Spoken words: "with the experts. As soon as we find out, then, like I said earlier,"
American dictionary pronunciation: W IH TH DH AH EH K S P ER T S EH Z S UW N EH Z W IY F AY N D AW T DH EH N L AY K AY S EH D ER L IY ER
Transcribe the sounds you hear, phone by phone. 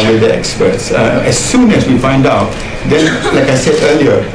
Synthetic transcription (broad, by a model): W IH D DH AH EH K S P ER T S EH S UW N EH S W IY F AY N D AW T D EH N L AY K AY S EH D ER L IY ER